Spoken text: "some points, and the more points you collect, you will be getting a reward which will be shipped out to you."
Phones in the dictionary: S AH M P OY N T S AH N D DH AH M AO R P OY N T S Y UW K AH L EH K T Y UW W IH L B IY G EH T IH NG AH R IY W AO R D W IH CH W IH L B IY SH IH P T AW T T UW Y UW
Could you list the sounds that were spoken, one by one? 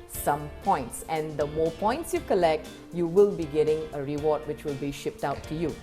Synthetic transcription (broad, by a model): S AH M P OY N T S AH N D AH M AO P OY N T S Y UW K AH L EH K T Y UW W IH L B IY G EH T IH NG AH R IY W AO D W IH CH W IH L B IY SH IH P T AW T T UW Y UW